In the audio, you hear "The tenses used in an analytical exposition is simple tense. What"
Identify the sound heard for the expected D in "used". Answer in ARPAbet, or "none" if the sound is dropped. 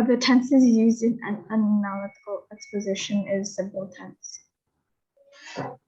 D